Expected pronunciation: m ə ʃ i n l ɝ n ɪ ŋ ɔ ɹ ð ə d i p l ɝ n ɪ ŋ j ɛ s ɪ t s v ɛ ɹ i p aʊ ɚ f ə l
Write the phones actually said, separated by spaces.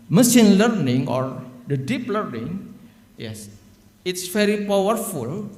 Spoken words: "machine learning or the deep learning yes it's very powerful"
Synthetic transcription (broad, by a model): m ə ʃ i n l ɝ n ɪ ŋ ɔ ɹ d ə d i p l ɝ n ɪ ŋ j ɛ s ɪ t s f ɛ ɹ i p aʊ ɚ f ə l